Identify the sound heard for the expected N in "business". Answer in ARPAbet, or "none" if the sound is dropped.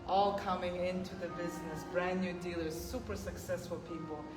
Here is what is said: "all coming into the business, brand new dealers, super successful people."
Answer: N